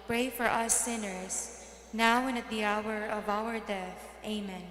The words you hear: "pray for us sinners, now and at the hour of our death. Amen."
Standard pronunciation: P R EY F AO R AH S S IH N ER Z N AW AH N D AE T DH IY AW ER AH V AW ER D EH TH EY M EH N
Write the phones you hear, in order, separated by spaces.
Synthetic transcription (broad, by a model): P R EY F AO R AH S S IH N ER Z N AW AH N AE T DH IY AW ER AH V AW ER D EH TH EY M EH N